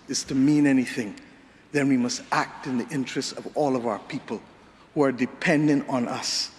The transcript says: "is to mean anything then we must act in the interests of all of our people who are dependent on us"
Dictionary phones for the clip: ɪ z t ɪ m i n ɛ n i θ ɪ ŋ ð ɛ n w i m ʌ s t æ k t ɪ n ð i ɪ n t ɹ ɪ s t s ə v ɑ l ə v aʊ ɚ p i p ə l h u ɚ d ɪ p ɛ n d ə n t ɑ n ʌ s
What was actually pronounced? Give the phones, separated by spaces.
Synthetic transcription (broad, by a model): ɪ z t ɪ m i n ɛ n i θ ɪ ŋ ð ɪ n w i m ʌ s t æ k t ɪ n ð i ɪ n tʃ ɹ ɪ s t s ə v ɑ l ə v aʊ ɚ p i p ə l h u ɚ d ɪ p ɛ n d ə n t n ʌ s